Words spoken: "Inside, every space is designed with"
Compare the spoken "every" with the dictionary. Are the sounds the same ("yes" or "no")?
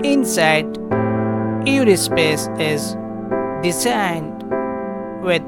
no